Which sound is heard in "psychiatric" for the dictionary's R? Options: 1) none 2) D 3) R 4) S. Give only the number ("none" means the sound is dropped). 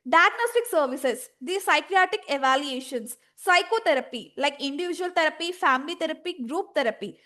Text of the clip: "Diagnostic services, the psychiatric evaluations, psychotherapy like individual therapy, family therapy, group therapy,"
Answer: 1